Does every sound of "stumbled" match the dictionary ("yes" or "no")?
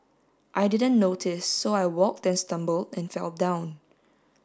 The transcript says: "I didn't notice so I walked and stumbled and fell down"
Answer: yes